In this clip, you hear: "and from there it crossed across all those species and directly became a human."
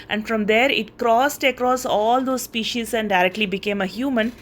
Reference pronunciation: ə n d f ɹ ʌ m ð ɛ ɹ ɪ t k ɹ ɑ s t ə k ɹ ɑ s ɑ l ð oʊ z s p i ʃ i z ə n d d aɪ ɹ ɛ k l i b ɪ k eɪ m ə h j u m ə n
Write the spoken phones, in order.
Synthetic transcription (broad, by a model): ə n d f ɹ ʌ m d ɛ ɹ ɪ t k ɹ ɑ s t ə k ɹ ɑ s ɑ l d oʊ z s p i ʃ i z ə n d d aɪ ɹ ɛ k l i b ɪ k eɪ m ə h j u m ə n